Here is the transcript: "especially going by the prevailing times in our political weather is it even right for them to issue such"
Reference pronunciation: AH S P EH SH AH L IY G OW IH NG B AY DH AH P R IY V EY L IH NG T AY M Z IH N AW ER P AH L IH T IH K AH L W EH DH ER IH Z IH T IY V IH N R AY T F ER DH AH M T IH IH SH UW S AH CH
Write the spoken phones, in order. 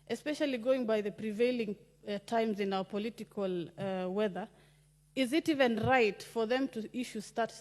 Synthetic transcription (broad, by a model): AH S P EH SH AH L IY G OW IH NG B AY DH AH P R IY V EY L IH NG T AY M Z IH N AW ER P AH L IH T IH K AH L W EH DH ER IH Z IH T IY V IH N R AY T F ER DH AH M T IH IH SH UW S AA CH